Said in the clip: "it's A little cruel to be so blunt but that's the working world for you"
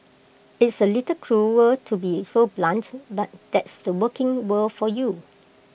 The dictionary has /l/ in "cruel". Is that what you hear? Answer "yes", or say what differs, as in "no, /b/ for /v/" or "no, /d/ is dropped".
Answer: no, /w/ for /l/